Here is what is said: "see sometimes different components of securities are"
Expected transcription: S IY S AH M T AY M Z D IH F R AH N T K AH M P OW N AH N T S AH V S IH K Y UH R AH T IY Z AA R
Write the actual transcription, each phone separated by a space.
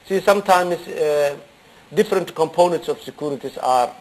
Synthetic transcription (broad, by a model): S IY S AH M T AY M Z D IH F R AH N T K AH M P OW N AH N T S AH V S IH K Y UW R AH T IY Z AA R